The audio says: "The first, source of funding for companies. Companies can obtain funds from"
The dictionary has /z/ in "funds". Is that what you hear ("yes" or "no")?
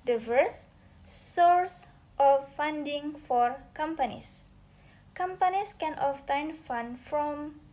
no